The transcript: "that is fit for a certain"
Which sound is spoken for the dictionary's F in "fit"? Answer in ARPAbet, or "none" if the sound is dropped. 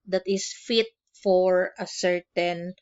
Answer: F